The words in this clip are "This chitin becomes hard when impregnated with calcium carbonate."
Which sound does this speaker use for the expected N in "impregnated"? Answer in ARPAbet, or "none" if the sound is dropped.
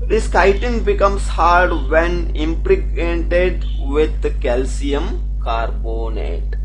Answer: none